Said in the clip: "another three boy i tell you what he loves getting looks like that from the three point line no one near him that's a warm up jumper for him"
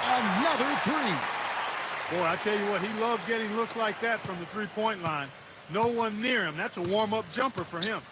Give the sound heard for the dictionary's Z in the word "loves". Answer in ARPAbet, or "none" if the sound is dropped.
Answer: Z